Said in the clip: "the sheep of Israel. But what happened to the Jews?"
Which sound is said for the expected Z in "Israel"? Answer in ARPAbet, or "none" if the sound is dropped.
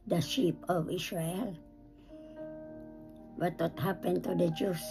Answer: S